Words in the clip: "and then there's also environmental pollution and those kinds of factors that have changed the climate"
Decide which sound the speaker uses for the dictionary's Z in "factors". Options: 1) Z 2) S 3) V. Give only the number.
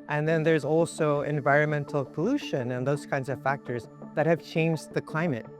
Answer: 1